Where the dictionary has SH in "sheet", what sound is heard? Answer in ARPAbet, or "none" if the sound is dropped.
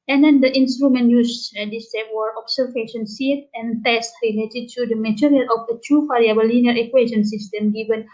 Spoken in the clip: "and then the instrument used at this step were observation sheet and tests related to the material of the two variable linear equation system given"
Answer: S